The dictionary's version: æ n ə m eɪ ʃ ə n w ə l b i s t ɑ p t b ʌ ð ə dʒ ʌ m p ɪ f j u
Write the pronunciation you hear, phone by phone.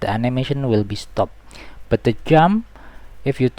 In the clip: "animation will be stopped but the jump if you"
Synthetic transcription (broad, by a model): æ n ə m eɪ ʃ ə n w ə l b i s t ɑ p b ʌ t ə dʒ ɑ m ɪ f j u